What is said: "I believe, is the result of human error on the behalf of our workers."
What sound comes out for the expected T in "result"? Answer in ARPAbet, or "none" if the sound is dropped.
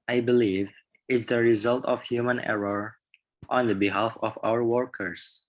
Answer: T